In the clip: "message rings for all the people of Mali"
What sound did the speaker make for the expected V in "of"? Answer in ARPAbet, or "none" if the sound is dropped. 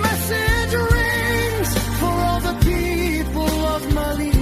V